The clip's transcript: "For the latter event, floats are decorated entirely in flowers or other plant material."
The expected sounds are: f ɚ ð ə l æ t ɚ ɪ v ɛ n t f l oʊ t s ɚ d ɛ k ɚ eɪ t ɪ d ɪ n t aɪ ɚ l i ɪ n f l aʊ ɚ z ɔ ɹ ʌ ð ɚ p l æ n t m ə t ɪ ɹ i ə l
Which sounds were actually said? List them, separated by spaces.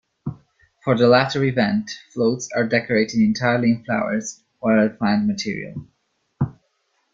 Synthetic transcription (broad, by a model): f ɚ ð ə l æ t ɚ ɪ v ɛ n t f l oʊ t s ɚ d ɛ k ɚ eɪ t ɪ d ɪ n t aɪ ɚ l i ɪ n f l aʊ ɚ z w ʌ ɪ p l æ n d m ə t ɪ ɹ i ə l